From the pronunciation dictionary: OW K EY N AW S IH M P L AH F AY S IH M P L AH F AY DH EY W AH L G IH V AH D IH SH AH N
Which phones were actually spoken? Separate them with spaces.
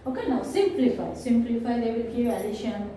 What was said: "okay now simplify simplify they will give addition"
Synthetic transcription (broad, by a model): OW K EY N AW S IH M P L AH F AY S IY M P L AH F AY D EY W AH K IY AH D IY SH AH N